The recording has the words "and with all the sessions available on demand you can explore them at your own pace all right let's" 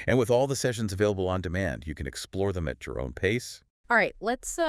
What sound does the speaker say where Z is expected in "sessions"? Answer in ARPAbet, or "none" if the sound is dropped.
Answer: Z